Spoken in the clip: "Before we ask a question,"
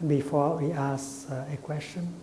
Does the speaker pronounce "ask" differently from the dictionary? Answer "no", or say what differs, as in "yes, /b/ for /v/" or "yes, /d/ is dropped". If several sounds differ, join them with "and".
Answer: yes, /k/ is dropped